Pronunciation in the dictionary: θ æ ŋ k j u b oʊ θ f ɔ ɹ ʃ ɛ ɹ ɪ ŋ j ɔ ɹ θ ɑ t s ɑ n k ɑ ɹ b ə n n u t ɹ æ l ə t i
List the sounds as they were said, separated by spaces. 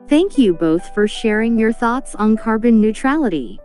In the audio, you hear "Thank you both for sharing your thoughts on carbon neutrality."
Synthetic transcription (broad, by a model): θ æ ŋ k j u b oʊ θ f ɔ ɹ ʃ ɛ ɹ ɪ ŋ j ɔ ɹ θ ɑ t s n k ɑ ɹ b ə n n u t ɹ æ l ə t i